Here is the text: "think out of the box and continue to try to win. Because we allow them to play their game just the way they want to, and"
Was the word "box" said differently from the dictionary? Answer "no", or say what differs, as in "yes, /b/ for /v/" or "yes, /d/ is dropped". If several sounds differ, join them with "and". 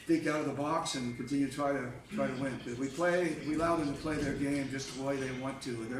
no